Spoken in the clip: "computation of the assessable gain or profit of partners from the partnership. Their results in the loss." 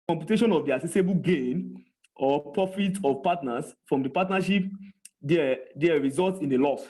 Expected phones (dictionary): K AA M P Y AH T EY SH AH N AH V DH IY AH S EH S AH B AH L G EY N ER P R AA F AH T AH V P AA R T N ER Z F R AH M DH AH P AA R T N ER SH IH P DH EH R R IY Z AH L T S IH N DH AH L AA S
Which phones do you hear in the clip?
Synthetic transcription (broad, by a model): K AA M P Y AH T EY SH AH N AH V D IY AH S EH S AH B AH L G EY N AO P R AA F AH T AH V P AA T N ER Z F R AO M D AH P AA T N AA SH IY P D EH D R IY Z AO L T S IH N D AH L AA S